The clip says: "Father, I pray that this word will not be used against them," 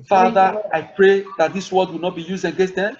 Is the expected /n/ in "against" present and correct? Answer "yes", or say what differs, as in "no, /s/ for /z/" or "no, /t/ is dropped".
no, /n/ is dropped